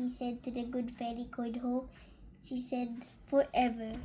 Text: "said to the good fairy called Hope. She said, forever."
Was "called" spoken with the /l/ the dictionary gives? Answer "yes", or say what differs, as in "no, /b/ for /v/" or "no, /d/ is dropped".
no, /l/ is dropped